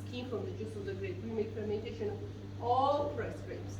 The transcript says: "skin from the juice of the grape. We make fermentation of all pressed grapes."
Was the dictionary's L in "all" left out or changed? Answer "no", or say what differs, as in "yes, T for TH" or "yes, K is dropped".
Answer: no